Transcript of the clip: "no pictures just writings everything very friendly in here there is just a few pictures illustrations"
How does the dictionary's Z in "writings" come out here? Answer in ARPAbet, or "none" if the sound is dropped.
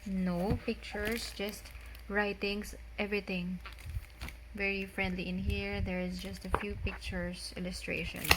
S